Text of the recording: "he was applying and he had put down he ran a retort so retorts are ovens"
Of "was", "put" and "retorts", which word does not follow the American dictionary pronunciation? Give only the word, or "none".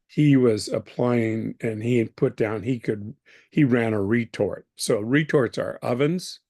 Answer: none